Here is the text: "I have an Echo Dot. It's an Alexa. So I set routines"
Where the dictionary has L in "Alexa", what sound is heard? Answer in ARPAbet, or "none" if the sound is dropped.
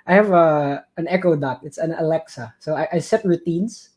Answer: L